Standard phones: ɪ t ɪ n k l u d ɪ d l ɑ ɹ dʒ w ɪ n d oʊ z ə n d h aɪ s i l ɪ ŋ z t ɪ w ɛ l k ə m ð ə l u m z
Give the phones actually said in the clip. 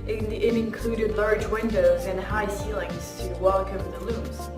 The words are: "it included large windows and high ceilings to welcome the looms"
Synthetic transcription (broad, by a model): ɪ t ɪ n k l u d ɪ d l ɑ ɹ dʒ w ɪ n d oʊ z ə n h aɪ s i l ɪ ŋ z t ɪ w ɛ l k ə m ð ə l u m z